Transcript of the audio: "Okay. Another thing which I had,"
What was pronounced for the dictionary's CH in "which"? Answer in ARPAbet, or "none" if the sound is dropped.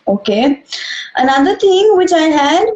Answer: CH